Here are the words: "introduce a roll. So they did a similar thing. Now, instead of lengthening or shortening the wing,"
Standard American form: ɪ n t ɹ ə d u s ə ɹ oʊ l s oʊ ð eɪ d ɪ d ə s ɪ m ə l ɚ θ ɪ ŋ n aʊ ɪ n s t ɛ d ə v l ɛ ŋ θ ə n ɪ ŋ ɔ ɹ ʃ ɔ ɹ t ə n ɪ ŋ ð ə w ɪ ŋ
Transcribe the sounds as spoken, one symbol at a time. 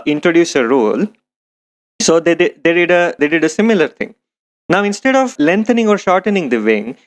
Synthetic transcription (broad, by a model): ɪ n t ɹ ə d u s ə ɹ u l s oʊ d eɪ d ɪ d ə s ɪ m ə l ɚ t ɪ ŋ n aʊ ɪ n s t ɛ d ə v l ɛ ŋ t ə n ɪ ŋ ɔ ɹ ʃ ɔ ɹ t ə n ɪ ŋ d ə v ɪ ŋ